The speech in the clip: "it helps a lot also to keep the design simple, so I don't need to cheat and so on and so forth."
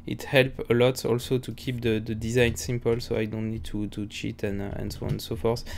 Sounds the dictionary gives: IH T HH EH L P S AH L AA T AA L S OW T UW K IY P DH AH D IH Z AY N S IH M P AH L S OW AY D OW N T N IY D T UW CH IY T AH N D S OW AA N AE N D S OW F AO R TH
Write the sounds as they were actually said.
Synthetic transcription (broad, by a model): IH T HH EH L P AH L AA T AA L S OW T UW K IY P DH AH D IH Z AY N S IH M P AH L S OW AY D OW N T N IY D T UW CH IY T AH N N S OW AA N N S OW F AO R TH